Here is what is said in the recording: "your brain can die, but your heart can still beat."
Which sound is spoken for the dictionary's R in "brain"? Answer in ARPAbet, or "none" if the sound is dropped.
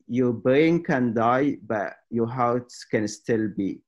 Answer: none